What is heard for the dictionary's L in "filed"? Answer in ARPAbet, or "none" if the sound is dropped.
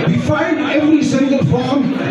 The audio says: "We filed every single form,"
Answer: N